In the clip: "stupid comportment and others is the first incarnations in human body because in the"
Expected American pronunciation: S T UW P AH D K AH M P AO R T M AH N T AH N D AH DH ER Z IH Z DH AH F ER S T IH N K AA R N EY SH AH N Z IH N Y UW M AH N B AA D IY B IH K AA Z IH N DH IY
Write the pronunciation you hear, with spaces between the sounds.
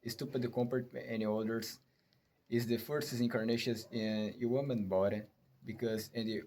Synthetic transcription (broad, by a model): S T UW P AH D K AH M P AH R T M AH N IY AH L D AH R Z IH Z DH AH F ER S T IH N K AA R N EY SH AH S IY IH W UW M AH N B AA D IY B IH K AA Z IH N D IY